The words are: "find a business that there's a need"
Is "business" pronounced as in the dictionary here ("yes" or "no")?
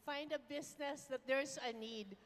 no